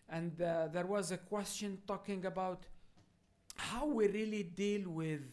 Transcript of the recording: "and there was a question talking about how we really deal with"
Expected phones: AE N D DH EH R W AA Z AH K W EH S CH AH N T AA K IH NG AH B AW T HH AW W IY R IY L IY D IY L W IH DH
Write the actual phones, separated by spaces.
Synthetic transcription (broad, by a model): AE N D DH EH R W AA Z AH K W EH S CH AH N T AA K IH NG AH B AW T HH AW W IY R IY L IY D IY L W IH DH